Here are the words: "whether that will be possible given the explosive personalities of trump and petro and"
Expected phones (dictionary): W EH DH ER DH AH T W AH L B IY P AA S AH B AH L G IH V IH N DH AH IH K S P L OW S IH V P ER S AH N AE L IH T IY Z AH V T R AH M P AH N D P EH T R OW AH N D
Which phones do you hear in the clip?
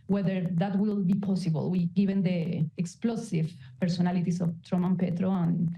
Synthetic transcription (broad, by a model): W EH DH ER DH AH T W AH L B IY P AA S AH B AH L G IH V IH N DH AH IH K S P L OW S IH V P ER S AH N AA L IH T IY S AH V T R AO M AH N P EH T R OW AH N